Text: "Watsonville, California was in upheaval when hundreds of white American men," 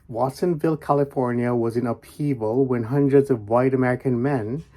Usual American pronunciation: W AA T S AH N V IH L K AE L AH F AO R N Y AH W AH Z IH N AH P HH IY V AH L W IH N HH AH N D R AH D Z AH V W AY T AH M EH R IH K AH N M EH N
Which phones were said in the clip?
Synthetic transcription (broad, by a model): W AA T S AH N V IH L K AE L AH F AO R N Y AH W AH Z IH N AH P IY V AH L W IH N HH AH N D R AH D Z AH V W AY T AH M EH R IH K AH N M EH N